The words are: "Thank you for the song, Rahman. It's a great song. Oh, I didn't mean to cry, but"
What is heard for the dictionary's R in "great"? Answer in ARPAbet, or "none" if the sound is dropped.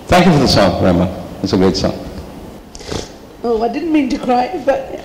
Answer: none